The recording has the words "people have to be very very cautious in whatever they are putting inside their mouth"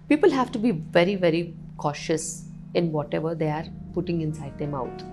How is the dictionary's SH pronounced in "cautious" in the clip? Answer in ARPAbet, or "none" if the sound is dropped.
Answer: SH